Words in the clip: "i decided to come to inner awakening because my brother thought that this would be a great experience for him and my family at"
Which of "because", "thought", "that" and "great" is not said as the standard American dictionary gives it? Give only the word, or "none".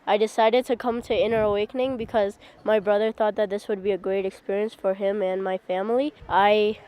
none